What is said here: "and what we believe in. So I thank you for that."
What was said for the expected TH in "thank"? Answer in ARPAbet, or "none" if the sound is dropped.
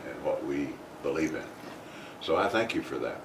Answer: TH